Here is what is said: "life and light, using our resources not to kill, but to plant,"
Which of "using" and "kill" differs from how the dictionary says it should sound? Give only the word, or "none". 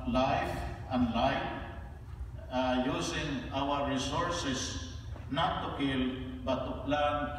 using